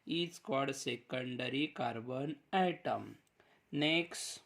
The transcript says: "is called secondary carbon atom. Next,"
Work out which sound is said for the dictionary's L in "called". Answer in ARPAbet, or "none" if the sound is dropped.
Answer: none